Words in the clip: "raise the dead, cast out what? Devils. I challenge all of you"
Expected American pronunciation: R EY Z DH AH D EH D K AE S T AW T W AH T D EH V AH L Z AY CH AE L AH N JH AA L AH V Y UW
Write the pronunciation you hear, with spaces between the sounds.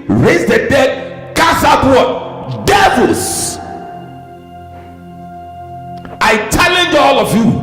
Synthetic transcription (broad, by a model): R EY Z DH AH D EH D K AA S AW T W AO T D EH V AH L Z AY CH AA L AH N JH AA L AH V Y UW